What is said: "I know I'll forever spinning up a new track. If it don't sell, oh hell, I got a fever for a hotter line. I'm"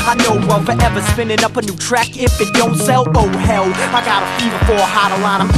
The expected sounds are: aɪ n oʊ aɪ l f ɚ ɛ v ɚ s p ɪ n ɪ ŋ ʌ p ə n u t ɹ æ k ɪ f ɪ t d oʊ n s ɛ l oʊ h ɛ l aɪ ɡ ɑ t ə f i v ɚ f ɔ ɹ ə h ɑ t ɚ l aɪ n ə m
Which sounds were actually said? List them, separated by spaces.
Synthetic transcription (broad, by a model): aɪ n oʊ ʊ w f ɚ ɛ v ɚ s p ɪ n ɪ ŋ ʌ p ə n u t ɹ æ k ɪ f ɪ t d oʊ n s ɛ l oʊ h ɛ l aɪ ɡ ɑ t ə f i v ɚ f ɔ ɹ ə h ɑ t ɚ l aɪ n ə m